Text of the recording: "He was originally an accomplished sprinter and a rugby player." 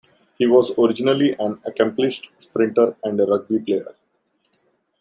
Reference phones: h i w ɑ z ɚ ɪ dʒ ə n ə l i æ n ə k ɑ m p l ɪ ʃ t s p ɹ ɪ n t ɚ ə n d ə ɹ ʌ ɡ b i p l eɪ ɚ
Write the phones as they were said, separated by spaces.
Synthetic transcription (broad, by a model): h i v ɑ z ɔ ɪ dʒ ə n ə l i æ n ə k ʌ m p l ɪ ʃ t s p ɹ ɪ n t ɚ ə n d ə ɹ ʌ ɡ b i p l eɪ ɚ